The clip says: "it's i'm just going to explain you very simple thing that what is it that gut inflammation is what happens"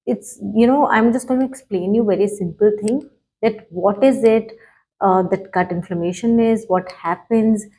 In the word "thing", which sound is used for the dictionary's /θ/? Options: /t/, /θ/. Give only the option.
/t/